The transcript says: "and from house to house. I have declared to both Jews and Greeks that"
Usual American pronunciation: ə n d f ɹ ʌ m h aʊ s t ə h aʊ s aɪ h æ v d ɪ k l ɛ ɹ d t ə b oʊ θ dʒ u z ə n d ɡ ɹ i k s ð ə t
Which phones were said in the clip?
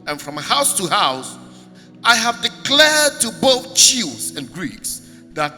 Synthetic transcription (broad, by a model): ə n f ɹ ʌ m h aʊ s t ə h aʊ s aɪ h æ v d ɪ k l ɛ ɹ d t ə b oʊ θ tʃ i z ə n ɡ ɹ i k s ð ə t